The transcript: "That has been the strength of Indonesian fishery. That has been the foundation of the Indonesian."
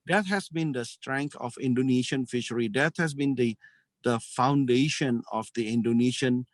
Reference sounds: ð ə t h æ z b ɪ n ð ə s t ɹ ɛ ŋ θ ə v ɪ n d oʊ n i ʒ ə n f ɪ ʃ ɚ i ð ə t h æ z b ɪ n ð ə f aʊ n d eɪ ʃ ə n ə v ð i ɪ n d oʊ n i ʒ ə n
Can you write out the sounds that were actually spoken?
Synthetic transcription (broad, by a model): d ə t h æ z b ɪ n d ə s t ɹ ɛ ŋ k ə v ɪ n d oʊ n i ʃ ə n f ɪ ʃ ɚ i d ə t h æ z b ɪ n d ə f aʊ n d eɪ ʃ ə n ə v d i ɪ n d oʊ n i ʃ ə n